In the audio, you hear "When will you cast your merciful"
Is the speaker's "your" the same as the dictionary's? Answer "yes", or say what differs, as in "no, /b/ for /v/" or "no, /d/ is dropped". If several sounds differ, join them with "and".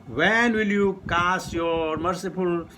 yes